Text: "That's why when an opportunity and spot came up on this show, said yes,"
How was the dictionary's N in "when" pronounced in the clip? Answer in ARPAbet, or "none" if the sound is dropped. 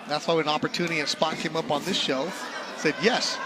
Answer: none